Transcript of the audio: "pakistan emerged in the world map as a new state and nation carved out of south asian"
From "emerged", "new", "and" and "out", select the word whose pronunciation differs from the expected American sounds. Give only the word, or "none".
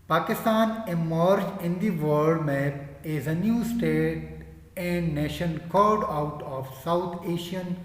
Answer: emerged